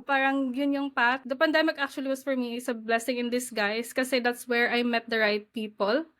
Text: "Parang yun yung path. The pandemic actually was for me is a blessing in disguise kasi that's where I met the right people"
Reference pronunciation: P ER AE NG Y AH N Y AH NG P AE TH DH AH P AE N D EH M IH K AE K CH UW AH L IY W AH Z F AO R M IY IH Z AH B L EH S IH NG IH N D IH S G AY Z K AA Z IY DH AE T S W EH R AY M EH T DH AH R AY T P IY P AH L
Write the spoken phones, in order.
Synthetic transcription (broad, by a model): P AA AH NG Y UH N Y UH NG P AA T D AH P AE N D EH M IH K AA K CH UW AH L IY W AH S F AO R M IY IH S AH B L EH S IH NG IH N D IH S G AY S K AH S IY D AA T S W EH R AY M EH T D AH R AY T P IY P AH L